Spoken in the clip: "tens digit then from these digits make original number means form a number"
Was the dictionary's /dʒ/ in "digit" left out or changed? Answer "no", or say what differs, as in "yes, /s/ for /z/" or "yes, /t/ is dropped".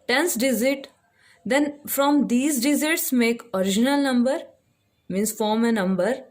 yes, /z/ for /dʒ/